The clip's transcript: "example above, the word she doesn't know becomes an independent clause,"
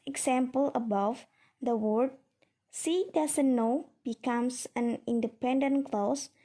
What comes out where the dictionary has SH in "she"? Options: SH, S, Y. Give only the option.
S